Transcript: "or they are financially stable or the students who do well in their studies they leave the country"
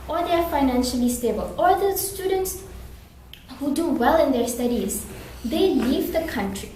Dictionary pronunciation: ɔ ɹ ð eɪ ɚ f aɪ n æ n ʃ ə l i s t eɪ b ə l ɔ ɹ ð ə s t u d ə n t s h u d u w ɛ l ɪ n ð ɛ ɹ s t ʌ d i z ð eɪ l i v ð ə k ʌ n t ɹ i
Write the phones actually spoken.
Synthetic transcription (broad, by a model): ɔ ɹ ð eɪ ɚ f aɪ n æ n ʃ ə l i s t eɪ b ə l ɔ ɹ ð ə s t u d ə n t s h u d u w ɛ l ɪ n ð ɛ ɹ s t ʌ d i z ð eɪ l i v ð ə k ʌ n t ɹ i